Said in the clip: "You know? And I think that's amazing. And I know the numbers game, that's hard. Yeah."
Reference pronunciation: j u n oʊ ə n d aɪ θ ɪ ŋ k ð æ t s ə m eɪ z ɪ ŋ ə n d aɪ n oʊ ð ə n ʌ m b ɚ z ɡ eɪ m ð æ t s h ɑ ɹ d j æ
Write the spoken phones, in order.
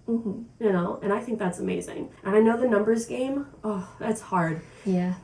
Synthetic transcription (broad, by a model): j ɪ n oʊ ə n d aɪ θ ɪ ŋ k ð æ t s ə m eɪ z ɪ ŋ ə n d aɪ n oʊ ð ə n ʌ m b ɚ z ɡ eɪ m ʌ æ t s h ɑ ɹ d j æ